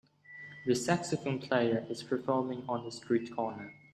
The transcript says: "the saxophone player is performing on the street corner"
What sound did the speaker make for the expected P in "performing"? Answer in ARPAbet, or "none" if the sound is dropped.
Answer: F